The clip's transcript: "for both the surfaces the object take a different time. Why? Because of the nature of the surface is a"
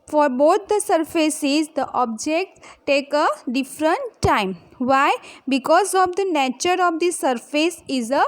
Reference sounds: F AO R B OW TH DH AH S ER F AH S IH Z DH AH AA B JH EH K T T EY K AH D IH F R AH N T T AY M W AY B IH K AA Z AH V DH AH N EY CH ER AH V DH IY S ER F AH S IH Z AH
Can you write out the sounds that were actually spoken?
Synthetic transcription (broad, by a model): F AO R B OW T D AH S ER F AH S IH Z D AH AA B JH EH K T T EY K AH D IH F R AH N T T AY M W AY B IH K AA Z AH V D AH N EY CH ER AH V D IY S ER F AH S IH Z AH